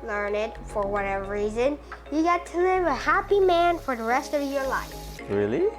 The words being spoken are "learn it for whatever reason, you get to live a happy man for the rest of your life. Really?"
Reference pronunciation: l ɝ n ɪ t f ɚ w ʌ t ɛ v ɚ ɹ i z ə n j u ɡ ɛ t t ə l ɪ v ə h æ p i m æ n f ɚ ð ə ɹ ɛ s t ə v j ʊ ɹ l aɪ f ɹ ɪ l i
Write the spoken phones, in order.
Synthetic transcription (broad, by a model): l ɝ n ɪ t f ɚ w ʌ t ɛ v ɚ ɹ i z ə n j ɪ ɡ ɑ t t ə l ɪ v ə h æ p i m æ n f ɚ ð ə ɹ ɛ s t ə v j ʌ ɹ l aɪ f ɹ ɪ l i